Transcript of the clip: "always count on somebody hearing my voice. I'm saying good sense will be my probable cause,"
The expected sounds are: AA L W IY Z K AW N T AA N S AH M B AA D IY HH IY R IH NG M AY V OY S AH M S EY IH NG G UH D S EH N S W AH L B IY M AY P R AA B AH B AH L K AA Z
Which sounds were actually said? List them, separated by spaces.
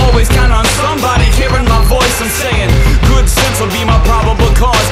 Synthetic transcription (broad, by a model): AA L W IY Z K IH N AA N S AH M B AA D IY HH IY R IH NG M AY V OY S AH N S EY IH NG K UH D S EH N S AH B IY M AY P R AA B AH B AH K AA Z